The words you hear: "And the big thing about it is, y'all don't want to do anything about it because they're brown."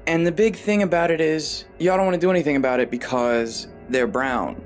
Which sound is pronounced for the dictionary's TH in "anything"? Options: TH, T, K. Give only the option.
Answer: TH